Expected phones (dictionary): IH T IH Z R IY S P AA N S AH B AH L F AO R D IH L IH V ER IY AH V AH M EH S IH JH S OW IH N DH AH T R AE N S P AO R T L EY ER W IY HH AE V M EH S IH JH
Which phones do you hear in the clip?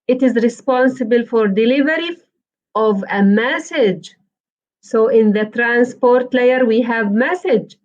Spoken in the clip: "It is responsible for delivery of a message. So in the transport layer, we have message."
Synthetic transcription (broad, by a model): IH T IH Z R IY S P AA N S AH B AH L F AO R D IH L IH V ER IY AH V AH M EH S IH JH S OW IH N DH AH T R AE N S P AO R T L EY ER W IY HH AE V M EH S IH JH